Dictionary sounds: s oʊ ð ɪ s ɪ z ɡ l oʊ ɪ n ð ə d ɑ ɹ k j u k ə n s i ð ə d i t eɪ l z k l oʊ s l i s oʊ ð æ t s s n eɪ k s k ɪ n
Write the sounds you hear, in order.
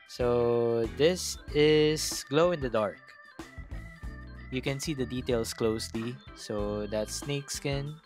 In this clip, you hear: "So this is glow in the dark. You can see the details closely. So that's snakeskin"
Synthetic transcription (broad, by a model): s oʊ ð ɪ s ɪ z ɡ l oʊ ɪ n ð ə d ɑ ɹ k j u k ə n s i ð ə d i t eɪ l s k l oʊ s l i s oʊ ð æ t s s n eɪ k s k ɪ n